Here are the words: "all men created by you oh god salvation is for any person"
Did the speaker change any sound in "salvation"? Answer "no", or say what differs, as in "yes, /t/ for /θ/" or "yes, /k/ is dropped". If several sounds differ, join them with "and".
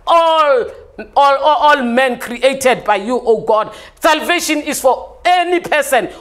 no